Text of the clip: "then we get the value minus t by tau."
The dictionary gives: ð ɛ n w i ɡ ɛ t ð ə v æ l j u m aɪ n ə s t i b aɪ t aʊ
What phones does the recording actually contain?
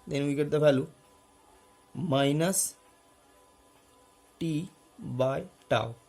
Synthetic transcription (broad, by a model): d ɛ n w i ɡ ɛ t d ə p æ l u m aɪ n ə s t i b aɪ t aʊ